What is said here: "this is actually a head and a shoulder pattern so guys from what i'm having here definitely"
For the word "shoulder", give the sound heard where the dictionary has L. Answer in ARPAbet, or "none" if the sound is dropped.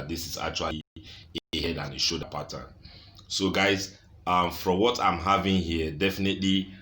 none